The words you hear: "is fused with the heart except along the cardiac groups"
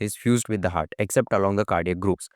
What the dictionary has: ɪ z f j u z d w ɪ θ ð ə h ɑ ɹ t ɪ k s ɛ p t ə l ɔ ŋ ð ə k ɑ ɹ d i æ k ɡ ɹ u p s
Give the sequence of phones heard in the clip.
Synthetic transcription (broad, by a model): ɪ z f j u z d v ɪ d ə h ɑ ɹ t ɪ k s ɛ p t ə l ɔ ŋ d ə k ɑ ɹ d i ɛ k ɡ ɹ u p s